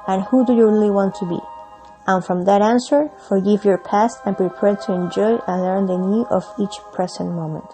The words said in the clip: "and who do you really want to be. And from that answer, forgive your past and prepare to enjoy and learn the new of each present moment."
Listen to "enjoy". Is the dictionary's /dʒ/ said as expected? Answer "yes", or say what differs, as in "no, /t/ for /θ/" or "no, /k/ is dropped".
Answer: yes